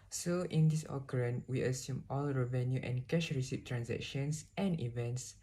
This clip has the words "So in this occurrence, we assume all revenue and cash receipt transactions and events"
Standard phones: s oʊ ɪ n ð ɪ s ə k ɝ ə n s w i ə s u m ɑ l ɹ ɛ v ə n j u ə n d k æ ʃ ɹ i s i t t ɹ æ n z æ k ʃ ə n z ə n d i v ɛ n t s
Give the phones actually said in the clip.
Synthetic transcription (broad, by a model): s oʊ ɪ n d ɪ s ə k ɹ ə n w i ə s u m ɑ l ɹ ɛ v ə n j u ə n k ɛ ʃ ɹ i s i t t ɹ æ n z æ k ʃ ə n s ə n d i v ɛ n t s